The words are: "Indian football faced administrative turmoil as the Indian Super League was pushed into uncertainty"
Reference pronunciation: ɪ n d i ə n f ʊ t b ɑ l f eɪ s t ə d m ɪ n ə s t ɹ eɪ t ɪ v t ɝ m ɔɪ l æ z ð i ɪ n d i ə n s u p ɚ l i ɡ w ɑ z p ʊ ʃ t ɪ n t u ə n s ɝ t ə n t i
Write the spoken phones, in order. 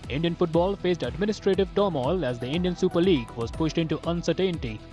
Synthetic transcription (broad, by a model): ɪ n d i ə n f ʊ t b ɑ l f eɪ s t ə d m ɪ n ə s t ɹ eɪ t ɪ v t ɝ m ɔɪ l æ z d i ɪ n d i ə n s u p ɚ l i ɡ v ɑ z p ʊ ʃ t ɪ n t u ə n s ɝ t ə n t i